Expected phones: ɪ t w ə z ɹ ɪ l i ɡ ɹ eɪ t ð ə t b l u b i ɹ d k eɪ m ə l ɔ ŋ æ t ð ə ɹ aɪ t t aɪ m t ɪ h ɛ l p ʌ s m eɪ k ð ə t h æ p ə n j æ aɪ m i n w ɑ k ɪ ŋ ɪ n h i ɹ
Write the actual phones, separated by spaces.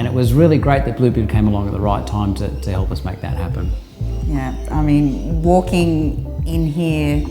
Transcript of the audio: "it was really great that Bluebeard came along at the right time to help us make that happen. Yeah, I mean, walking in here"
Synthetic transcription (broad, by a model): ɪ t w ə z ɹ ɪ l i ɡ ɹ eɪ t ð ə t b l u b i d k eɪ m ə l ɔ ŋ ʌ t ð ə ɹ aɪ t t aɪ m t ɪ h ɛ l p ʌ s m eɪ k ð ə t h æ p ə n j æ aɪ m i n w ɑ k ɪ ŋ ɪ n h i ɹ